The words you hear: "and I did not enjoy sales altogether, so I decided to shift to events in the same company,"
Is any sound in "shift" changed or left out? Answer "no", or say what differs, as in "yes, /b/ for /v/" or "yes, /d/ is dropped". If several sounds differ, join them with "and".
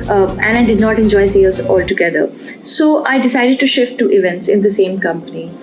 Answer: no